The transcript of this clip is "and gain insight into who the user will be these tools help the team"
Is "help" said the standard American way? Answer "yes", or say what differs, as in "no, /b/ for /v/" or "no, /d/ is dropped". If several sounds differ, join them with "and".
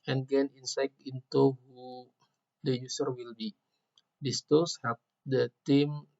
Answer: no, /l/ is dropped